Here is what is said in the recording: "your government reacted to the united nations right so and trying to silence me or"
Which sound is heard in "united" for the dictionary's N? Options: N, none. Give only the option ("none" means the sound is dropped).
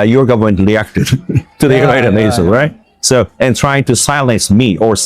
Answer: none